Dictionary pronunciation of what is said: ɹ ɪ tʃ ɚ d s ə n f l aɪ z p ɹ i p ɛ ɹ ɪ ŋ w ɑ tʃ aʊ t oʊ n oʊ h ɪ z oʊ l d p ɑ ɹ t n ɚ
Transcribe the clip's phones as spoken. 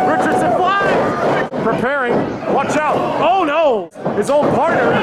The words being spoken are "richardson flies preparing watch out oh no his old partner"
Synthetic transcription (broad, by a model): ɹ ɪ tʃ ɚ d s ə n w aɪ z p ɹ i p ɛ ɹ ɪ ŋ w ɑ tʃ aʊ t oʊ n oʊ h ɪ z oʊ n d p ɑ ɹ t n ɚ